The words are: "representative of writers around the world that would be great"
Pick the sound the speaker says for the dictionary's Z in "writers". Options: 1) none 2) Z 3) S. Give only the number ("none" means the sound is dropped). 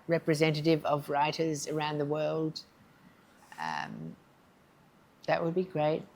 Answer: 2